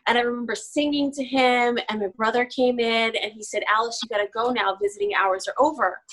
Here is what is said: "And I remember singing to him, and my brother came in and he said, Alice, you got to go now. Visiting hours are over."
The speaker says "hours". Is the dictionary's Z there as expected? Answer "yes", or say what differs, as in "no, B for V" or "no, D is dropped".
yes